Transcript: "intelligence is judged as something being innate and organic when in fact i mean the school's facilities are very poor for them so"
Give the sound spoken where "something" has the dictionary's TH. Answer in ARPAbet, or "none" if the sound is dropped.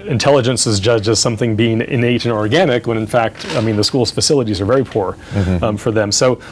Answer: TH